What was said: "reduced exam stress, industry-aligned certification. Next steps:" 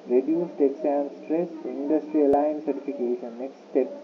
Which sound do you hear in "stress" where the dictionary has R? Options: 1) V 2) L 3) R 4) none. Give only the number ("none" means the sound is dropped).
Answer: 3